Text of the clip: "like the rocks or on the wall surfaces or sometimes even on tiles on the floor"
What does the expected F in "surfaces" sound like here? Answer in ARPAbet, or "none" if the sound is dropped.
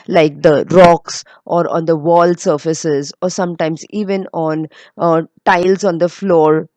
F